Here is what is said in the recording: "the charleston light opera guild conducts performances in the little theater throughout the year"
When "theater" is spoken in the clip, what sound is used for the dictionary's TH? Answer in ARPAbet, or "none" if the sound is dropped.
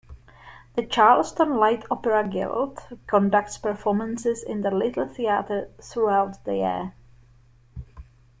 TH